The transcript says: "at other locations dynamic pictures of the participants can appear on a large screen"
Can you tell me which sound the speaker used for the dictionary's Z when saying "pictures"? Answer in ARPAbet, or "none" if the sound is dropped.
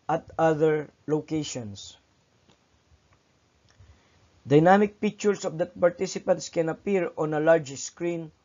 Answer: S